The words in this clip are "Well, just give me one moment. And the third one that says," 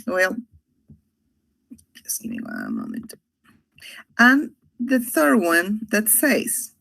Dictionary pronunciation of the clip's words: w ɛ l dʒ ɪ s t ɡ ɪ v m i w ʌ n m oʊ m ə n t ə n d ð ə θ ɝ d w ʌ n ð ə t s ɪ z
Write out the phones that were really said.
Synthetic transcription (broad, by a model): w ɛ l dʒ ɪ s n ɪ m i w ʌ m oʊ m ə n t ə n ð ə θ ɝ d w ʌ n ð ə t s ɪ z